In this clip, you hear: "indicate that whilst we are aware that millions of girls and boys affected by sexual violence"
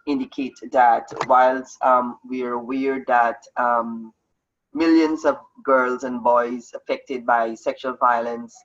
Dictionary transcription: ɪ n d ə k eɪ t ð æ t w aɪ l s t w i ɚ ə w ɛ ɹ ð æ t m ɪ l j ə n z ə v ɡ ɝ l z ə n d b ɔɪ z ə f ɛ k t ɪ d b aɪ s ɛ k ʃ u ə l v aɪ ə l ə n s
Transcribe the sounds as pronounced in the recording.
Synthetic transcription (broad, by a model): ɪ n d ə k eɪ t ð æ t w aɪ l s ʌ w i ɚ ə w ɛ ɹ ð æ t m ɪ l j ə n z ə v ɡ ɝ l z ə n b ɔɪ z ə f ɛ k t ɪ d b aɪ s ɛ k ʃ u ə l v aɪ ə l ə n s